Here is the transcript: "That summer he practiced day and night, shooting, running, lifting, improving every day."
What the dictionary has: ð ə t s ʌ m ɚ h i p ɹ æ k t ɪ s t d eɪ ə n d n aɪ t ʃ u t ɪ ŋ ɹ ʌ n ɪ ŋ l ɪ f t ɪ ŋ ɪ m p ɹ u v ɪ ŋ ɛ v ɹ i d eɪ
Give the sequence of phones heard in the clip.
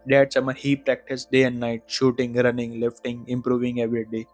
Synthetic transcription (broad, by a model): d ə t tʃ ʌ m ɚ h i p ɹ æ k t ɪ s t d eɪ ə n d n aɪ t ʃ u t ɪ ŋ ɹ ʌ n ɪ ŋ l ɪ f t ɪ ŋ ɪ m p ɹ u v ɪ ŋ ɛ v ɹ i d eɪ